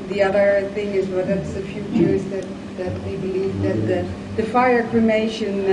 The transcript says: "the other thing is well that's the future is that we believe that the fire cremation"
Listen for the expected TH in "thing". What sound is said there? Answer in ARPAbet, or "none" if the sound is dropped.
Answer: TH